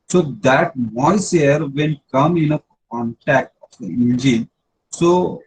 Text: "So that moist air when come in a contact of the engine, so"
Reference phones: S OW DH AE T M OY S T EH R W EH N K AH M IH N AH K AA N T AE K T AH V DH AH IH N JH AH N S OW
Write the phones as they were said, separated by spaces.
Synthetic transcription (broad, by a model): S OW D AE T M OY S EH R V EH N K AH M IH N AH K AA N T AE K T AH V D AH IH N JH AH N S OW